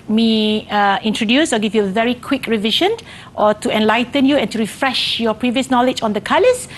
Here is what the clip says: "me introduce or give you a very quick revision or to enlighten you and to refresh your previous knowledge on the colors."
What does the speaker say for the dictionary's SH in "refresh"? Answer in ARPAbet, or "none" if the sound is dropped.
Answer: SH